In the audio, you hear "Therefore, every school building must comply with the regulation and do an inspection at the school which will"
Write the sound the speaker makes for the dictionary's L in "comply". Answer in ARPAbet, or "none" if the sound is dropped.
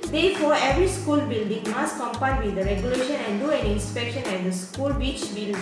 none